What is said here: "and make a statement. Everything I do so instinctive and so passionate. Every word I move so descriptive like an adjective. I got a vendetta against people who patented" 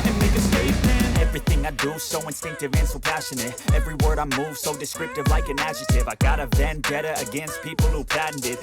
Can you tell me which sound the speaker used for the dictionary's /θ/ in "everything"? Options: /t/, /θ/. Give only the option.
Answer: /θ/